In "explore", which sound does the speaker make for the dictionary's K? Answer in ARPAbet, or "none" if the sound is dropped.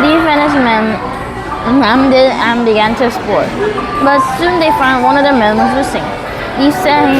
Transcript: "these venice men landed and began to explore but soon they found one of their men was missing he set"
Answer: none